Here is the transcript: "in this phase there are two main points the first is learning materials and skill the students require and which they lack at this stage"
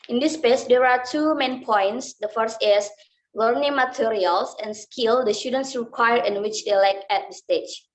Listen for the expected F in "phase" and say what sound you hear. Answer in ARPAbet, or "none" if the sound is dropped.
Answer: P